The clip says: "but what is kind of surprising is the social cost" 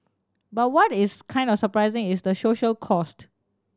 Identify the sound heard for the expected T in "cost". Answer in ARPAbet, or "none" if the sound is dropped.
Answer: T